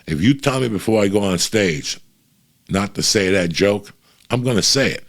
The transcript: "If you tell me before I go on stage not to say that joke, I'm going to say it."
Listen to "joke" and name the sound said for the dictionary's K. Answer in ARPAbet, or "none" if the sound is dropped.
K